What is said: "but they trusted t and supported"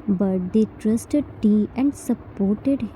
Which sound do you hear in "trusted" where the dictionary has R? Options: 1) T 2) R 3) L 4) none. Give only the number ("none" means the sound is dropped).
2